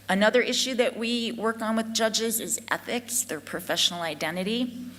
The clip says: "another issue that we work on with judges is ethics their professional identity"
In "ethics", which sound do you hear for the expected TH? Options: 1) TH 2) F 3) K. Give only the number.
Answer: 1